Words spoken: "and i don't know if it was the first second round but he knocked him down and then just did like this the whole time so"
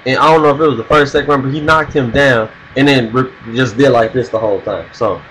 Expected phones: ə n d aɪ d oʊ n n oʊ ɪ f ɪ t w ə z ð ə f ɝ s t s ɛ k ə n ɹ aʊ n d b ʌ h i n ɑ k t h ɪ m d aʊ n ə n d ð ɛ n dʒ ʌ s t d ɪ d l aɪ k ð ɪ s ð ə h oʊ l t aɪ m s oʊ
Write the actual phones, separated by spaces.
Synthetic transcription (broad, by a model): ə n aɪ d oʊ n n oʊ ɪ f ɪ t w ə z ð ə f ɝ s t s ɛ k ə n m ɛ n b ʌ h i n ɑ k t h ɪ m d aʊ n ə n ð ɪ n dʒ ʌ s d ɪ d l aɪ k ð ɪ s ð ə h oʊ l t aɪ m s oʊ